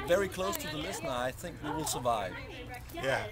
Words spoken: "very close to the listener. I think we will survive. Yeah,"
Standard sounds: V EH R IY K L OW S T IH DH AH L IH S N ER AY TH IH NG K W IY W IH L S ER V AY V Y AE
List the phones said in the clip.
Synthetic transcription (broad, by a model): V EH R IY K L OW S T IH DH AH L IH S N ER AY TH IH NG K W IY W IH L S ER V AY V Y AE